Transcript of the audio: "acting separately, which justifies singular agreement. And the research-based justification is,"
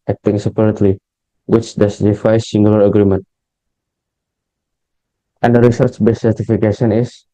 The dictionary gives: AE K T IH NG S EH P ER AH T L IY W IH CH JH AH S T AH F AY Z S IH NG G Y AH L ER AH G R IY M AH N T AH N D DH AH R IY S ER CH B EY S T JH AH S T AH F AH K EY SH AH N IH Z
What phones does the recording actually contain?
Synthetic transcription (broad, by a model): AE K T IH NG S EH P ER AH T L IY W IH CH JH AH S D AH F AY S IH NG G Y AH L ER AH G R IY M AH N T AH N D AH R IY S ER CH B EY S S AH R T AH F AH K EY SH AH N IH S